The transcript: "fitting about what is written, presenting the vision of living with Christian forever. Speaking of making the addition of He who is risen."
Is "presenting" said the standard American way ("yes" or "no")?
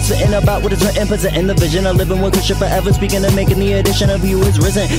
no